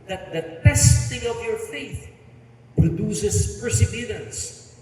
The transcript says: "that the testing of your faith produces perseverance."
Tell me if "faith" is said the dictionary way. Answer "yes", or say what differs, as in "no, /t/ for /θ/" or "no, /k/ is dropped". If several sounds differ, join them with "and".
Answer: yes